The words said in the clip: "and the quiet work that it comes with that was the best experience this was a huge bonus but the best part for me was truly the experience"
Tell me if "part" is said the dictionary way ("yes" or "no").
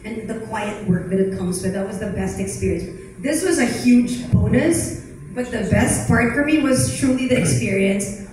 no